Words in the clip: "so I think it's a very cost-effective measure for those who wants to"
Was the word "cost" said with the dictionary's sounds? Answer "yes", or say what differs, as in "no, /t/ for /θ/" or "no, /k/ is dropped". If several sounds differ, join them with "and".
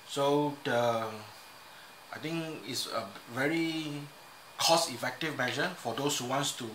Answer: no, /t/ is dropped